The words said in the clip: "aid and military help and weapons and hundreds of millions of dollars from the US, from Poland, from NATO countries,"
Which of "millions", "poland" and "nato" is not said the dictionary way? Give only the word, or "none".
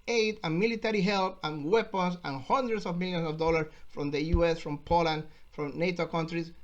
millions